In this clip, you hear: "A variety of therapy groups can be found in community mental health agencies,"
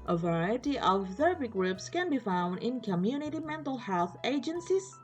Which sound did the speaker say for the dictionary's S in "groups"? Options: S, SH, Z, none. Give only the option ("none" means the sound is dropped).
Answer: S